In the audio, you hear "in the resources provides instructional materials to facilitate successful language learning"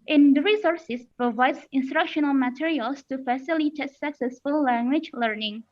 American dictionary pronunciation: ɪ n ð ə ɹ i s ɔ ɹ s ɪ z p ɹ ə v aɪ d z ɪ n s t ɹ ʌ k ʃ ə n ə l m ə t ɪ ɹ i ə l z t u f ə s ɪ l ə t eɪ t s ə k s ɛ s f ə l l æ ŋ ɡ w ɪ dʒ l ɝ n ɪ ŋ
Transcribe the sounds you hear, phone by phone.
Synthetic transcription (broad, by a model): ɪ n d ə ɹ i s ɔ ɹ s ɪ s p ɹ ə v aɪ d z ɪ n s t ɹ ʌ k ʃ ə n ə l m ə t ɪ ɹ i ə l s t u f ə s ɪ l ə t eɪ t s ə k s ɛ s f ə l l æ ŋ ɡ w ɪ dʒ l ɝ n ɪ ŋ